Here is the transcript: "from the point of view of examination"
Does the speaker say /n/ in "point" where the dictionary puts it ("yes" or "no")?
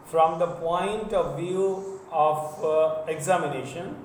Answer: yes